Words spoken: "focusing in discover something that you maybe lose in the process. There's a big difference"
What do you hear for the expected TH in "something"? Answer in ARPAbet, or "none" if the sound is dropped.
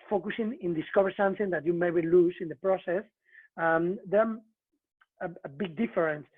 TH